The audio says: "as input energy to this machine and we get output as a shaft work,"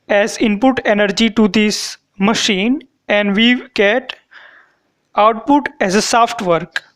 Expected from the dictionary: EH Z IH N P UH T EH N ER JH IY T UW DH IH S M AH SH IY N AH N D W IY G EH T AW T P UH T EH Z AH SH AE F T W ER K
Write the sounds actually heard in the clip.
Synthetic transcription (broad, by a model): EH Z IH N P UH T EH N ER JH IY T UW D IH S M AH SH IY N AH N D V IY G EH T AW T P UH T EH Z AH S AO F T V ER K